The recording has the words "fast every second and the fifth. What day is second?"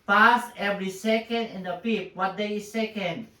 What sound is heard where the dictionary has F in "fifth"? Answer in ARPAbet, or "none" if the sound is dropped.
P